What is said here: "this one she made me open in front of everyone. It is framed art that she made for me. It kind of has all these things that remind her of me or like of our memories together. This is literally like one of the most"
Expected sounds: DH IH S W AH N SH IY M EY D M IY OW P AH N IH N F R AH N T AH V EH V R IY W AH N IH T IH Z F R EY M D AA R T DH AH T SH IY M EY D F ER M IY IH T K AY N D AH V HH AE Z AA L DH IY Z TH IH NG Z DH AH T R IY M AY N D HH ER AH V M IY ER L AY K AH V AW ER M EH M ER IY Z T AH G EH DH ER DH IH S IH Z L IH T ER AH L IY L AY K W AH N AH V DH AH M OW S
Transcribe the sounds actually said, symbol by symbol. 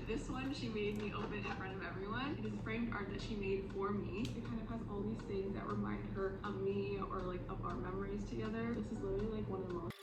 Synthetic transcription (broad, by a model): DH IH S W AH N SH IY M EY D M IY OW B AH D IH N F R AH N T AH V EH V R IY W AH N IH T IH Z F R EY M D AA R T DH AH T SH IY M EY D F ER M IY IH T K AY N D AH V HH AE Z AA L DH IY Z TH IH NG Z DH AH T R IY M AY N D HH ER AH V M IY ER L AY K AH V AW ER M EH M ER IY Z T AH G EH DH ER DH IH S IH Z L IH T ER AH L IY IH K W AH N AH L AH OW